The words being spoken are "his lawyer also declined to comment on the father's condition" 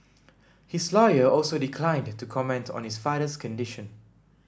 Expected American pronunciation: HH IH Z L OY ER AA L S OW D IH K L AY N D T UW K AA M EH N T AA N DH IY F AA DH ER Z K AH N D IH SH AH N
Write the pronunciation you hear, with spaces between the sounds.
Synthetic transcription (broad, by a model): HH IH S L OY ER AA L S OW D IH K L AY N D T UW K AA M EH N T AA N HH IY F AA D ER S K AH N D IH SH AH N